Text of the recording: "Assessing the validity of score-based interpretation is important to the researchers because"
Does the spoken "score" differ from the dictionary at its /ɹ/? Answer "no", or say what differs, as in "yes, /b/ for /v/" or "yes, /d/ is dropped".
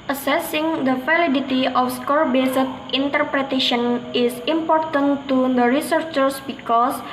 no